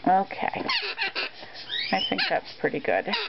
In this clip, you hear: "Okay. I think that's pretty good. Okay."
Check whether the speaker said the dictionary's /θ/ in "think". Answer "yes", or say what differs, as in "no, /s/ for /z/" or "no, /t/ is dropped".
yes